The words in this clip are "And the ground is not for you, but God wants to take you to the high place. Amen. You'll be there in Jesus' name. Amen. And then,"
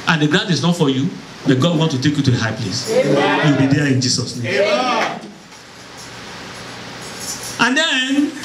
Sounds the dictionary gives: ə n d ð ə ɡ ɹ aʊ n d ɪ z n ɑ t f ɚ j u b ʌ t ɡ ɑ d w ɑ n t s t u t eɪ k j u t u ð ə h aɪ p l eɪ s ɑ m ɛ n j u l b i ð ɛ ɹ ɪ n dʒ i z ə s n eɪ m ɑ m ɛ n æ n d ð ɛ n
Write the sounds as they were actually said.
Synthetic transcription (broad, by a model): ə n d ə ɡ ɹ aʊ n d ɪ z n ɑ t f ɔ j u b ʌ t ɡ ɑ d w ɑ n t t u t eɪ k j u t u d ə h aɪ p l eɪ s j u l b i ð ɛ ɪ n dʒ i s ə s n eɪ m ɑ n n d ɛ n